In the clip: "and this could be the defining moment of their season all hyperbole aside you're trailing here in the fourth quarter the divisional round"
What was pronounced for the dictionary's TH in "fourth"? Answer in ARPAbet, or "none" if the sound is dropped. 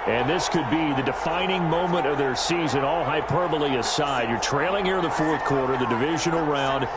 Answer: TH